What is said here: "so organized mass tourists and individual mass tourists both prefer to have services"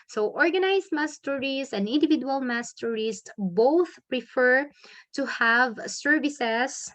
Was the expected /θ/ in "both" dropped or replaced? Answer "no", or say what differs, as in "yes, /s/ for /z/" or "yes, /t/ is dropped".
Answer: no